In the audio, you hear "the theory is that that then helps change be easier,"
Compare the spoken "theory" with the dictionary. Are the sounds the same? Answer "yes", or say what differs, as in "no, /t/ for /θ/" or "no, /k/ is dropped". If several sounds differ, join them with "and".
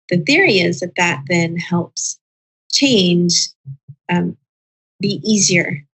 yes